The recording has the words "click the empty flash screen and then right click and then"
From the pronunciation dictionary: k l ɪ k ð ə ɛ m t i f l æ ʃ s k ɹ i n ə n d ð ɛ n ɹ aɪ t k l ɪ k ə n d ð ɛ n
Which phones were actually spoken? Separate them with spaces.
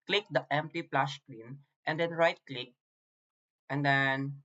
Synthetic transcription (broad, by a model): k l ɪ k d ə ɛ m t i p l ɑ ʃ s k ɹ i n ə n d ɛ n ɹ aɪ t k l ɪ k ə n d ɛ n